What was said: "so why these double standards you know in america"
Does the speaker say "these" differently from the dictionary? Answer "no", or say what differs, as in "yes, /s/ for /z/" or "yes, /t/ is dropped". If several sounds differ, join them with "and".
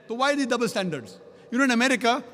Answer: yes, /z/ is dropped